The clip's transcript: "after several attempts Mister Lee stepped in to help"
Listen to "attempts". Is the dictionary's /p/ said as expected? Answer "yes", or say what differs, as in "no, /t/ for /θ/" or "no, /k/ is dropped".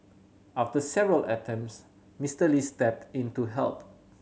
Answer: no, /p/ is dropped